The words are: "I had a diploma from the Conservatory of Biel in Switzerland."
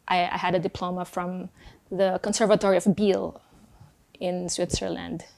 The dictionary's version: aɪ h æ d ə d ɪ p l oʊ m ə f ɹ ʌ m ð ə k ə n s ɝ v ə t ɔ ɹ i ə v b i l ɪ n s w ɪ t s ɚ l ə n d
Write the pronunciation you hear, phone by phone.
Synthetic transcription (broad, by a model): aɪ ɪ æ d ə d ɪ p l oʊ m ə f ɹ ʌ m ð ə k ə n s ɝ v ə t ɔ ɹ i ə v b i l ɪ n s w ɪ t s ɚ l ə n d